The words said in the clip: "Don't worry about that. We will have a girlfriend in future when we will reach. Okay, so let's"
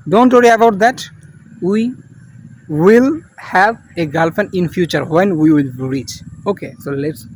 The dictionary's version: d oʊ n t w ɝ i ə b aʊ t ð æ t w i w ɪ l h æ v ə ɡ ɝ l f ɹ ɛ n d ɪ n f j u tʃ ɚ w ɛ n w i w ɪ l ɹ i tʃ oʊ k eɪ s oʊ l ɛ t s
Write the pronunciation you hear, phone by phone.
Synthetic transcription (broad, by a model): d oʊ n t w ɝ i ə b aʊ t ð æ t w i w ɪ l h æ v ə ɡ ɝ l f ɛ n ɪ n f j u tʃ ɚ w ɛ n w i w ɪ l ɹ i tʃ oʊ k eɪ s oʊ l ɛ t s